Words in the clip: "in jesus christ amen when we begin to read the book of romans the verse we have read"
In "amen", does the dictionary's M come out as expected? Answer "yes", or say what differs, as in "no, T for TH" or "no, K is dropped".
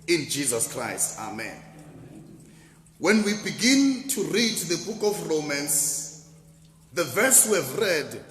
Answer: yes